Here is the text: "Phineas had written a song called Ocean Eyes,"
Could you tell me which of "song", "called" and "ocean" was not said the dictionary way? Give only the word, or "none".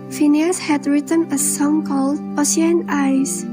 ocean